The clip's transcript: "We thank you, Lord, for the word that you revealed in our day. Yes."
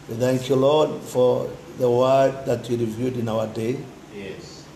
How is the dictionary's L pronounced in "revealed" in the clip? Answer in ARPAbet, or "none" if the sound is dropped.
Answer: none